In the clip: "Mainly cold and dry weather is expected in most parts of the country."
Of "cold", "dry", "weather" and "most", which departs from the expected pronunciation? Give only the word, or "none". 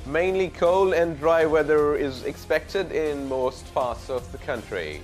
cold